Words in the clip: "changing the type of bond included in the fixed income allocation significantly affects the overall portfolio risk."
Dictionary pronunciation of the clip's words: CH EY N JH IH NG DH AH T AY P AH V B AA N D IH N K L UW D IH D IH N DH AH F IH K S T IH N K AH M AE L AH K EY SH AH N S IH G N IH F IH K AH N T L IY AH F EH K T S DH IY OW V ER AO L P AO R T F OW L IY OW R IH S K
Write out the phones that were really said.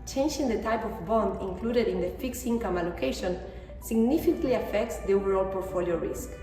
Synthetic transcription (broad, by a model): CH EY N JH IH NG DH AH T AY P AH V B AA N D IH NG K L UW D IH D IH N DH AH F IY K S IY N K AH M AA L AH K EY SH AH N S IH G N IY F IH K L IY AH F EH K T S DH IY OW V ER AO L P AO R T F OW L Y OW R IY S K